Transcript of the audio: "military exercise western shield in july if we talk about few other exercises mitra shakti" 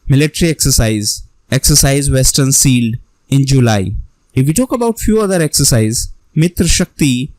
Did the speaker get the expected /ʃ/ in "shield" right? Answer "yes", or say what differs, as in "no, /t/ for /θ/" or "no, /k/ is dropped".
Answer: no, /s/ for /ʃ/